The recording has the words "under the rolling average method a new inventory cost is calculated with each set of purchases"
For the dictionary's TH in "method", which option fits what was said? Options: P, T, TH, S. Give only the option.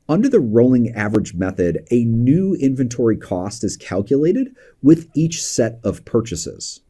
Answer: TH